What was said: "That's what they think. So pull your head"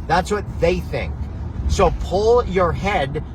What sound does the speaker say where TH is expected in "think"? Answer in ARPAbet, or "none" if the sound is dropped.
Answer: TH